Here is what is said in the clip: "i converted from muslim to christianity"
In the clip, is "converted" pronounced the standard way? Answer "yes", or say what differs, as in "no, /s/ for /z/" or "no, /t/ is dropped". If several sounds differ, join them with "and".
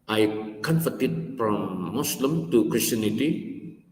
no, /f/ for /v/